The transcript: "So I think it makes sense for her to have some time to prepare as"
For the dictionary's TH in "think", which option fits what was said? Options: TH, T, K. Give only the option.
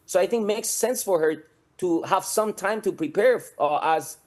TH